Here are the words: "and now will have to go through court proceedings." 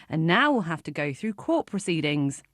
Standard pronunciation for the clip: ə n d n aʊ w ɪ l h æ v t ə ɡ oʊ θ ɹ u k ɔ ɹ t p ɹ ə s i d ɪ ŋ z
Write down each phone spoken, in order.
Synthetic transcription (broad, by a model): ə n n aʊ w ɪ l h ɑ f t ə ɡ oʊ θ ɹ u k ɔ t p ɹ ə s i d ɪ ŋ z